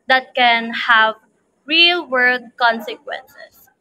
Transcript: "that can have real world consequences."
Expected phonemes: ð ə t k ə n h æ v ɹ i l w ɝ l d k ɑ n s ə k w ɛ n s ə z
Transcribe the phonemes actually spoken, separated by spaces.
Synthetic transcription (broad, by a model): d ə t k ə n h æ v ɹ i l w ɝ d k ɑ n s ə k w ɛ n s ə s